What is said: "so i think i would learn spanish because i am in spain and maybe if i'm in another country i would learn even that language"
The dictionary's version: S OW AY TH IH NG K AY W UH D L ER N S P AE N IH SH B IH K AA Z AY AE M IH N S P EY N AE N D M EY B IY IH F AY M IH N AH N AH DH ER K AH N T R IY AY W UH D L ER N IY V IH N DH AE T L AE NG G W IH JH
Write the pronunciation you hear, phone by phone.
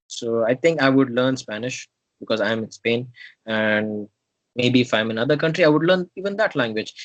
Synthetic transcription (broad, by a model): S OW AY T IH NG K AY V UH D L ER N S P AE N IH SH B IH K AA Z AY M IH N S P EY N AE N D M EY B IY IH F AY M IH N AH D AH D K AH N T R IY AY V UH D L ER N IY V IH N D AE T L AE NG G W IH JH